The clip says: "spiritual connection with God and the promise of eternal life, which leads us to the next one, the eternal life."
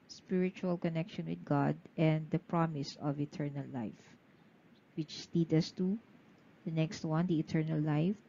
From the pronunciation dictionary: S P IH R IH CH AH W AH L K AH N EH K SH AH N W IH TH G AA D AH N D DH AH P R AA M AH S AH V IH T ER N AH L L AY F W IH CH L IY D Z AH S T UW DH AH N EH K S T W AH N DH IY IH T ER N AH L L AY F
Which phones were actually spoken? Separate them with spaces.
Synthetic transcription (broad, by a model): S P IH R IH CH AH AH L K AH N EH K SH AH N W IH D G AA D AH N D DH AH P R AA M AH S AH V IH T ER N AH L L AY F W IH CH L IY D AH S T UW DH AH N EH K S T W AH N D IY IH T ER N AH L L AY F